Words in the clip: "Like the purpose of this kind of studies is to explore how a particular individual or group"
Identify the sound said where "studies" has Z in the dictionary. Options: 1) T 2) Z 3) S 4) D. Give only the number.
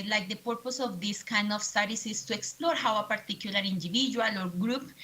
3